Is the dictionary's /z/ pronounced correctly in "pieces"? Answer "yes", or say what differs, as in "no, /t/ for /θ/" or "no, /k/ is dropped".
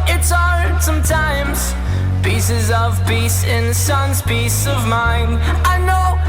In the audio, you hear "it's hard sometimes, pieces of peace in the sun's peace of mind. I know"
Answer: yes